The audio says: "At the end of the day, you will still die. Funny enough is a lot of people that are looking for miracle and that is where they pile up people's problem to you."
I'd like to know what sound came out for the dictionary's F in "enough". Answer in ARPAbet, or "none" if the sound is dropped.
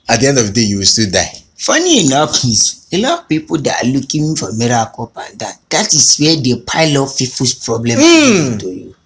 P